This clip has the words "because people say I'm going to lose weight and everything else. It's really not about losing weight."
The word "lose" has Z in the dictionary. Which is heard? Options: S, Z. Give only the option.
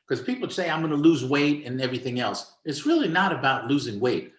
Z